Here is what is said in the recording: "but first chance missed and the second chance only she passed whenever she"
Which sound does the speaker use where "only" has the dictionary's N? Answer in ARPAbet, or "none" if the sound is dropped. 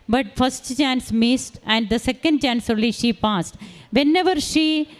none